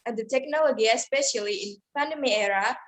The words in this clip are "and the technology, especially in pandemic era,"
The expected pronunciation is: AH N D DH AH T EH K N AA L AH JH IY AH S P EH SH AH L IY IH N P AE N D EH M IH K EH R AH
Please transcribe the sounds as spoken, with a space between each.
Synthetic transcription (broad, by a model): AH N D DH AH T EH K N AA L AH JH IY AH S P EH SH AH L IY IH N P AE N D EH M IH EH R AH